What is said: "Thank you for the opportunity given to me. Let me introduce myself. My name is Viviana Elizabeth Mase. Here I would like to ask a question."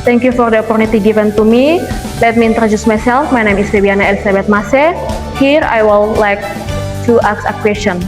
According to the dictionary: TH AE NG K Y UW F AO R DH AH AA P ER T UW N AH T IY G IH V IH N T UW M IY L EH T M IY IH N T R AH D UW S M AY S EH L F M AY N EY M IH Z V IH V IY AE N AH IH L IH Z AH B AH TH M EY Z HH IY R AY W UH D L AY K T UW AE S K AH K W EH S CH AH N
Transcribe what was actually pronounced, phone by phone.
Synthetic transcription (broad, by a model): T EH NG K Y UW F AO R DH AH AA P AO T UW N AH T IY G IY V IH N T UW M IY L EH T M IY N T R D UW S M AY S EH L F M AY N EY M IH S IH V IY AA N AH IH L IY S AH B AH T M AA S HH IY R AY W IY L L AY K T UW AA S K AH K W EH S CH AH N